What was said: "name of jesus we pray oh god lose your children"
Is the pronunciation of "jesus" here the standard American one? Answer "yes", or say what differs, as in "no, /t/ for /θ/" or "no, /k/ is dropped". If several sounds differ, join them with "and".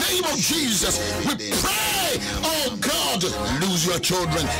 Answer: yes